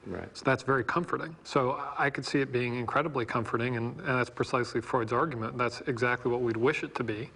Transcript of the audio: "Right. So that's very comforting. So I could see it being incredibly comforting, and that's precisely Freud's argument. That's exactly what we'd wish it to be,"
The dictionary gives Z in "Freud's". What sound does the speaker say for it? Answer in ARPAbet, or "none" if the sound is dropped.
Z